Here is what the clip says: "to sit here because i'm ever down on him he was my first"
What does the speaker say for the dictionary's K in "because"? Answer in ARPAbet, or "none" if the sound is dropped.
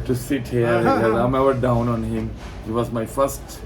none